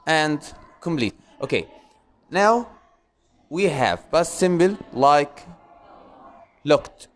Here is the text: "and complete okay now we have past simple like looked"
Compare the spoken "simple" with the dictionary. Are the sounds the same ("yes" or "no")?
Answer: no